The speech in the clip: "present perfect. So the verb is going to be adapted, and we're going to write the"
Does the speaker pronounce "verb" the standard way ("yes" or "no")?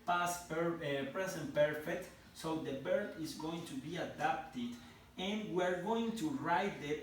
no